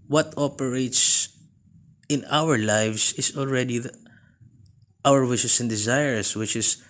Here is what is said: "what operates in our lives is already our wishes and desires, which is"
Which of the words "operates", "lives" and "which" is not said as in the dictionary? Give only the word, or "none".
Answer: lives